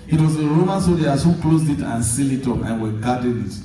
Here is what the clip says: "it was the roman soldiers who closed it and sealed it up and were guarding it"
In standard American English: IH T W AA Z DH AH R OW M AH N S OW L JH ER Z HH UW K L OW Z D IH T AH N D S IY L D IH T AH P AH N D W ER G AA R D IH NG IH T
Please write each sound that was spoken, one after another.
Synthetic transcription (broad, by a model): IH T W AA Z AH R OW M AH N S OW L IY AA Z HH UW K L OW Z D IH T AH N S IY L IH T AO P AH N W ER G AA D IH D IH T